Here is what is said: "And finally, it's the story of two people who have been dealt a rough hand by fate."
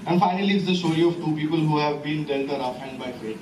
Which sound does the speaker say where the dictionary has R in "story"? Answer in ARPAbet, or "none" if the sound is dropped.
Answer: R